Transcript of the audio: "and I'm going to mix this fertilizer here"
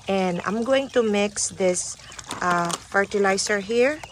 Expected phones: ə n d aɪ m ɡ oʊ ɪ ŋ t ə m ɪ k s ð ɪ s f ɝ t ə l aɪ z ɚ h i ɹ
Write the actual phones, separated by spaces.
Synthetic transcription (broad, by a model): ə n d aɪ m ɡ oʊ ɪ ŋ t ə m ɪ k s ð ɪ s f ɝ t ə l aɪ s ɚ h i ɹ